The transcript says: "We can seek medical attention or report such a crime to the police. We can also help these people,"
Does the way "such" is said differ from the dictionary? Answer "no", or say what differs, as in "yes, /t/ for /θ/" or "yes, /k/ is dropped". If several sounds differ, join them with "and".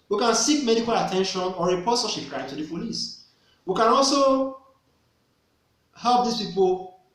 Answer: yes, /ʃ/ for /tʃ/